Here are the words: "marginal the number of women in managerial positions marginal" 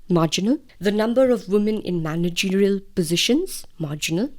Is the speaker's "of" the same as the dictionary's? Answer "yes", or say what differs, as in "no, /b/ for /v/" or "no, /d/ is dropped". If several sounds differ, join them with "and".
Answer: yes